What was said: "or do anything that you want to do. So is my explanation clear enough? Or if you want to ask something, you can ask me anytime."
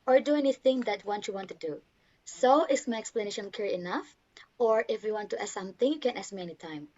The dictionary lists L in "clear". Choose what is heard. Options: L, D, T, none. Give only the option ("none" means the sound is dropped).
none